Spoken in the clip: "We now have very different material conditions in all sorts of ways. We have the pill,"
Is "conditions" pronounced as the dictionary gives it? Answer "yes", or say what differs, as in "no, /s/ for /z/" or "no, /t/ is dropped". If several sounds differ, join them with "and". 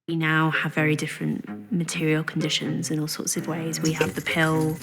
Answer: yes